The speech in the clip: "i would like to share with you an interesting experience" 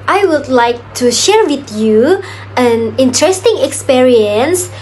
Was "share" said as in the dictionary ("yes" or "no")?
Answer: yes